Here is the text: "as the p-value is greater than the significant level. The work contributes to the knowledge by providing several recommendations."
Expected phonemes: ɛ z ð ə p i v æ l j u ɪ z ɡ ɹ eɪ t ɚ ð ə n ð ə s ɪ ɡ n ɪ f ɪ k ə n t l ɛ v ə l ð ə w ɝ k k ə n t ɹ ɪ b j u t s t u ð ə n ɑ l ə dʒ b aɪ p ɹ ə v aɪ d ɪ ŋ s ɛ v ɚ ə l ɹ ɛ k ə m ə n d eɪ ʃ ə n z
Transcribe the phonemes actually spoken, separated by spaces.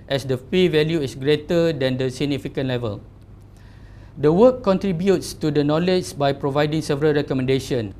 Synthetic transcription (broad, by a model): ɛ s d ə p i v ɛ l j u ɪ s ɡ ɹ eɪ t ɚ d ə n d ə s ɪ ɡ n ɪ f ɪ k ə n l ɛ v ə l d ə w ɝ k k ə n t ɹ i b j u t s t u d ə n ɑ l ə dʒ b aɪ p ɹ ə v aɪ d ɪ ŋ s ɛ v ɚ ə l ɹ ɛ k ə m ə n d eɪ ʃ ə n